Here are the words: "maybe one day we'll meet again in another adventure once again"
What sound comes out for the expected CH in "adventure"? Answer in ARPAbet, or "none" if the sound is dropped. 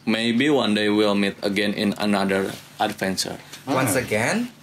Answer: S